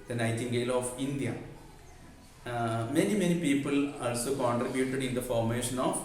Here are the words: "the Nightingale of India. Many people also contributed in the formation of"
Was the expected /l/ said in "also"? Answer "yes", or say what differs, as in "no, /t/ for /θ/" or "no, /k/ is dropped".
yes